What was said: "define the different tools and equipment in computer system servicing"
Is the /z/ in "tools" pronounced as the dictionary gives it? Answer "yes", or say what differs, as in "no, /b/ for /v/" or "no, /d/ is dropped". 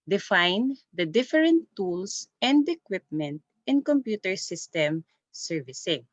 no, /s/ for /z/